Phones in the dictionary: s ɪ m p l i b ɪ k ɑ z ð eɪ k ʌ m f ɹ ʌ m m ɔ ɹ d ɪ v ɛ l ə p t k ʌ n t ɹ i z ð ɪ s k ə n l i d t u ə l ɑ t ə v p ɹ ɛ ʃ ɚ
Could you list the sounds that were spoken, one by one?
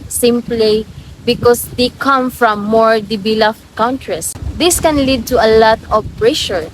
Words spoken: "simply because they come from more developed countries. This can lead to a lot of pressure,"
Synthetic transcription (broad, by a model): s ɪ m p l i b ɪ k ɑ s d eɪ k ʌ m f ɹ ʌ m m ɔ ɹ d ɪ b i l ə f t k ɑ n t ɹ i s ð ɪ s k ə n l i d t u ə l ɑ t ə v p ɹ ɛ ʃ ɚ